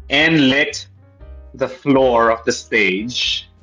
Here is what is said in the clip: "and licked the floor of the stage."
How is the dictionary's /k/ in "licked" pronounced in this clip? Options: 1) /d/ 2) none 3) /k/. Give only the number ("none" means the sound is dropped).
2